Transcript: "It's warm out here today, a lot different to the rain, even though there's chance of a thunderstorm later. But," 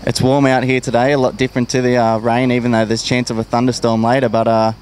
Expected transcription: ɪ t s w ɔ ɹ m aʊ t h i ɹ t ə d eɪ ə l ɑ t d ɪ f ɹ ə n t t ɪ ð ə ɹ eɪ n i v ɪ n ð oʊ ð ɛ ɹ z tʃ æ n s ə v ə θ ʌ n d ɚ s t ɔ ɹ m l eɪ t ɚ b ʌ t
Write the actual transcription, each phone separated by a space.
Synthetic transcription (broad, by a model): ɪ t s w ɔ ɹ m aʊ t h i ɹ t ə d eɪ ə l ɑ t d ɪ f ɹ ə n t t ɪ ð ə ɹ eɪ n i v ɪ n ð oʊ ð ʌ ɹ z tʃ æ n s ə v ə θ ʌ n d ɚ s t ɔ ɹ m l eɪ t ɚ b ʌ t